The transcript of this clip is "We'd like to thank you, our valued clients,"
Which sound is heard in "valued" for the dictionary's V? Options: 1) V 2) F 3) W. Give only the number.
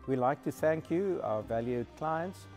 1